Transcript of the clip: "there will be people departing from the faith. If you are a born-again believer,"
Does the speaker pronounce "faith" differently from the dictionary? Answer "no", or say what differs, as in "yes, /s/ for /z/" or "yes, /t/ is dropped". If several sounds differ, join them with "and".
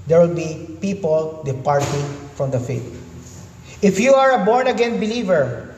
yes, /t/ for /θ/